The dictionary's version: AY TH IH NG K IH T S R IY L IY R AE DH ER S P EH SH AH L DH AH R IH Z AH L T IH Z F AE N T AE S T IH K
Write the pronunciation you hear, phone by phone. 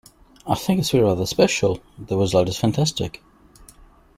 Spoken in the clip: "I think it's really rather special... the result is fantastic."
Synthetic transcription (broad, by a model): AY TH IH NG K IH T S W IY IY R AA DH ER S P EH SH AH L DH AH W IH Z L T IH Z F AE N T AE S T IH K